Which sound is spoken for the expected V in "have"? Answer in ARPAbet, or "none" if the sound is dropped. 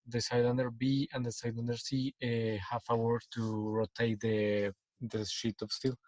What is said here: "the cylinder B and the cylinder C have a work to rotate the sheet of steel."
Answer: F